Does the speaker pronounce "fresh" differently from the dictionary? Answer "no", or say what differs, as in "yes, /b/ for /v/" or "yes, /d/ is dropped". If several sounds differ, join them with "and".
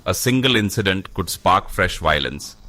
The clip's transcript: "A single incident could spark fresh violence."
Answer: no